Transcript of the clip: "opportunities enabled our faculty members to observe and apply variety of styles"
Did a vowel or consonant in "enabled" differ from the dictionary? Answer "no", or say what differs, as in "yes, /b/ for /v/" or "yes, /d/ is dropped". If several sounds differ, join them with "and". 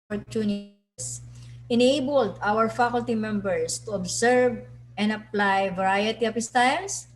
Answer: no